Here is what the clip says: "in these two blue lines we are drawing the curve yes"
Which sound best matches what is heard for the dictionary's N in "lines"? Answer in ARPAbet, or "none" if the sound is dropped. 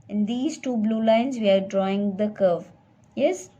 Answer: N